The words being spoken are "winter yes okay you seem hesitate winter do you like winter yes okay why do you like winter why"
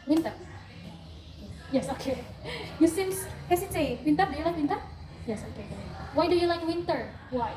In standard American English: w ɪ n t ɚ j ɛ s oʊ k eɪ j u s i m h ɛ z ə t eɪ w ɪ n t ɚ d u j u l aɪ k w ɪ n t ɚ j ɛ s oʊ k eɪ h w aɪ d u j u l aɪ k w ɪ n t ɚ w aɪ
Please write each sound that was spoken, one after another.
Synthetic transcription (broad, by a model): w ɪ n t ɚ j ɛ s oʊ k eɪ j u s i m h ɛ s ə s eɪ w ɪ n t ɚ d u j u l aɪ k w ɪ n t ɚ j ɛ s oʊ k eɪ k w aɪ d u j u l aɪ k w ɪ n t ɚ w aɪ